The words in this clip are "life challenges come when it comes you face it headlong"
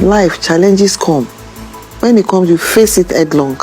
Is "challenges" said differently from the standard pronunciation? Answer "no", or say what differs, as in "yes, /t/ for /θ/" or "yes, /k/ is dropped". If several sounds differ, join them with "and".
yes, /s/ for /z/